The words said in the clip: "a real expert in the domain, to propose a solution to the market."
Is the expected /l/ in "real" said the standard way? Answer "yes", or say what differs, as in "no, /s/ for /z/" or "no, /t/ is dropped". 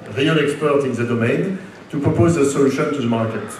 no, /n/ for /l/